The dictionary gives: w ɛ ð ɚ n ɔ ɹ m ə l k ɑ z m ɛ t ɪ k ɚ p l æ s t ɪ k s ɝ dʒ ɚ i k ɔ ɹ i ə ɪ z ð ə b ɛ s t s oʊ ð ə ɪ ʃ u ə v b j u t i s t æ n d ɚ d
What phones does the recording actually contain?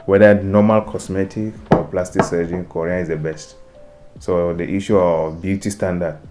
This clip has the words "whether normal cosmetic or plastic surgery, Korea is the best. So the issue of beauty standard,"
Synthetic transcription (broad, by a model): w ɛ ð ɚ n ɔ m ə l k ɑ s m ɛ t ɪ k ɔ p l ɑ s t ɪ k s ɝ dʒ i k ɔ ɹ i ə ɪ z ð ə b ɛ s t s oʊ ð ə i ʃ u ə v b j u t i s t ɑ n d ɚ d